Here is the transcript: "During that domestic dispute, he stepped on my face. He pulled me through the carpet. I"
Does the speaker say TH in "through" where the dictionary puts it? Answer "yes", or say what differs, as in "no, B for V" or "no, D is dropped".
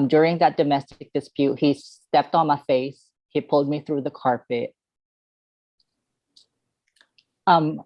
yes